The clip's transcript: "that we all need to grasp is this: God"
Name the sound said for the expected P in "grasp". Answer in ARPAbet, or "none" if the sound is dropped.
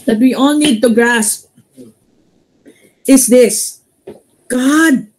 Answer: P